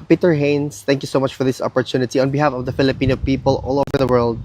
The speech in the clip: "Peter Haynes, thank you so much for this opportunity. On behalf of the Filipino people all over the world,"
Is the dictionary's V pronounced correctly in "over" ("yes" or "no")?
yes